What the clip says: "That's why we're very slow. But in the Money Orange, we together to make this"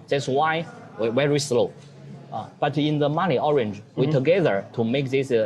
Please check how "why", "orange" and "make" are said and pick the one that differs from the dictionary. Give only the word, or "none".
none